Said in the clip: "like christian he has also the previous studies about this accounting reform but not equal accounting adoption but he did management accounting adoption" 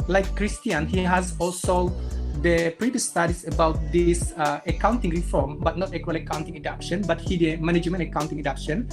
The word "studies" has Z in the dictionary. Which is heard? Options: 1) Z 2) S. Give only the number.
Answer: 2